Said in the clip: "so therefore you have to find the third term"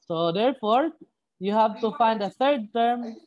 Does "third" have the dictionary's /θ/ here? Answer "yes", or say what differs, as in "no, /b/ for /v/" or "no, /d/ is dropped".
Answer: no, /t/ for /θ/